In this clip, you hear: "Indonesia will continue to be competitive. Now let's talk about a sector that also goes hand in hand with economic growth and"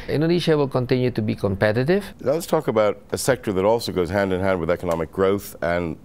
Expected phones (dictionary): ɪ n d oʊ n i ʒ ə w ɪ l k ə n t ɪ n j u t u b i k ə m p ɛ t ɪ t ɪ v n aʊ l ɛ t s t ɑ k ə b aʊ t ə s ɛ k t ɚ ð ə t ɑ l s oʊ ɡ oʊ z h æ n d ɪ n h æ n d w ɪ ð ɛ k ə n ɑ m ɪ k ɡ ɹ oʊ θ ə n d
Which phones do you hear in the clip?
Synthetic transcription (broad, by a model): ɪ n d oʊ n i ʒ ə w ɪ l k ə n t ɪ n j u t u b i k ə m p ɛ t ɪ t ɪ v n aʊ l ɛ t s t ɑ k ə b aʊ t ə s ɛ k t ɚ ð ə t ɑ l s oʊ ɡ oʊ z h æ n d ɪ n h æ n d w ɪ ð ɛ k ə n ɑ m ɪ k ɡ ɹ oʊ θ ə n